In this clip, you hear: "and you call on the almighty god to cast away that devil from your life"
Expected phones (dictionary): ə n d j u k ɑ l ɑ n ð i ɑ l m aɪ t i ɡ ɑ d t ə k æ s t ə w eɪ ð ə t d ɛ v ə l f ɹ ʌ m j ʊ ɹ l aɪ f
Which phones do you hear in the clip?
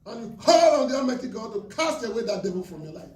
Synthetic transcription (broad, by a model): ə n j u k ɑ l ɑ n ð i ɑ m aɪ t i ɡ ɑ d t ə k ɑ s t ə w eɪ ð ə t d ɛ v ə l f ɹ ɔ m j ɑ l aɪ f